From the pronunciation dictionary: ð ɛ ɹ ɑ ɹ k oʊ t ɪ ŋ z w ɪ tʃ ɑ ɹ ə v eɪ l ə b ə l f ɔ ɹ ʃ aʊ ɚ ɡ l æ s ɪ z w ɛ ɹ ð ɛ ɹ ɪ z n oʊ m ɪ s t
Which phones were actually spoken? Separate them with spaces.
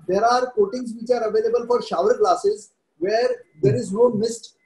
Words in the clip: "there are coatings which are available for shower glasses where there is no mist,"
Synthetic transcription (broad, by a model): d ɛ ɹ ɑ ɹ k oʊ t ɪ ŋ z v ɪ tʃ ɑ ɹ ə v eɪ l ə b ə l f ɔ ɹ ʃ aʊ ɚ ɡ l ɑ s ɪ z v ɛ ɹ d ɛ ɹ ɪ z n oʊ m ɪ s t